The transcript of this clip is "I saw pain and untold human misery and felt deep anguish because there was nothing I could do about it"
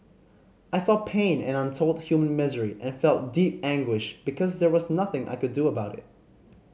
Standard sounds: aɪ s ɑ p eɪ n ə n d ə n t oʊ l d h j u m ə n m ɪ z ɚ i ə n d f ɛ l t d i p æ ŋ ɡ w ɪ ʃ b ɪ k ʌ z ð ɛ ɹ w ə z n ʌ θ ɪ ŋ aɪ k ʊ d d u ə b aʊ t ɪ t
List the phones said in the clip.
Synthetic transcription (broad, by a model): aɪ s ɑ p eɪ n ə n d ə n t oʊ l d h j u m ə n m ɪ z ɚ i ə n f ɛ l t d i p æ ŋ ɡ w ɪ ʃ b ɪ k ʌ z ð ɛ ɹ w ə z n ʌ θ ɪ ŋ aɪ k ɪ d d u ə b aʊ t ɪ t